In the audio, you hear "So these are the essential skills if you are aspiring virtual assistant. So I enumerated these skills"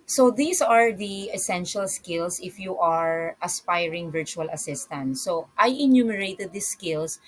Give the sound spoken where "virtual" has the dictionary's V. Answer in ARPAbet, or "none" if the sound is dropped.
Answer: V